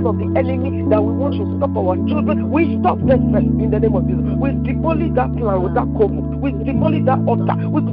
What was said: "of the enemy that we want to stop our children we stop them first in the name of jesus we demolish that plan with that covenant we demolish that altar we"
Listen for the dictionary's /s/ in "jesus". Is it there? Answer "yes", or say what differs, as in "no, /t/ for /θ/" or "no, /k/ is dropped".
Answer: no, /s/ is dropped